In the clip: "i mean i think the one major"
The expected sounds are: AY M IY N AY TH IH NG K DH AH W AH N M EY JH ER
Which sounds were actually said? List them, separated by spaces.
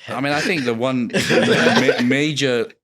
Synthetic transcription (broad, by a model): AY M IY N AY TH IH NG K DH AH W AH N M EY JH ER